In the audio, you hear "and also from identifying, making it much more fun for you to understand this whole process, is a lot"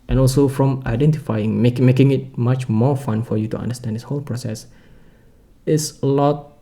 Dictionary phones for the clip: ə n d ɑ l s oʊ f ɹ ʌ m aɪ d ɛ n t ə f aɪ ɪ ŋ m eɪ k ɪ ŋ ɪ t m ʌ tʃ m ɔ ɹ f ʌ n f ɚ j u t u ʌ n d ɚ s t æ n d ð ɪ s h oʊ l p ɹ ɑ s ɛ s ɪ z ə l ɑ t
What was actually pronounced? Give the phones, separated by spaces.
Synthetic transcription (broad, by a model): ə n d ɑ l s oʊ f ɹ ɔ m aɪ d ɛ n t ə f aɪ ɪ ŋ m eɪ k ɪ ŋ ɪ t m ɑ tʃ m ɔ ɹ f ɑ n f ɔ j u t u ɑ n d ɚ s t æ n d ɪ s h oʊ l p ɹ ɑ s ɛ s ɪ s ə l ɑ t